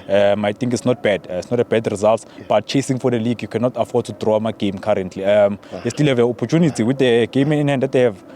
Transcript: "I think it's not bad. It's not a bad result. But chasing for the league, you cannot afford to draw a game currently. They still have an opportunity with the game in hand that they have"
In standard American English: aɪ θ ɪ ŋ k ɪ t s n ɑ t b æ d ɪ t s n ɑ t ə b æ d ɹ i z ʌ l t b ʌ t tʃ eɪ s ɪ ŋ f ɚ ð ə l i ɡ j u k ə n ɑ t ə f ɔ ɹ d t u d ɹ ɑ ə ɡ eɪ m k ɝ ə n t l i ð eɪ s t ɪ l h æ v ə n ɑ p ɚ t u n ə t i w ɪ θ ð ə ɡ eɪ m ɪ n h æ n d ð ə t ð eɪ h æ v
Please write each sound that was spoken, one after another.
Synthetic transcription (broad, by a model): aɪ t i ŋ k ɪ t s n ɑ t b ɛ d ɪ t s n ɑ t ə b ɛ d ɹ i z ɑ l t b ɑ t tʃ eɪ s ɪ ŋ f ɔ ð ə l i ɡ j u k ə n ɑ t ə f ɔ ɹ d t u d ɹ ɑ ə ɡ eɪ m k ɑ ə n t l i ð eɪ s t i l h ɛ v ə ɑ p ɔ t u n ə t i w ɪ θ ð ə ɡ eɪ m n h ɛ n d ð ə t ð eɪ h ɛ v